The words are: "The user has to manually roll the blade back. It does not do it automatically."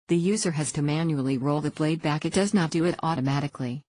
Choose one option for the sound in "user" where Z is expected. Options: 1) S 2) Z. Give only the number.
2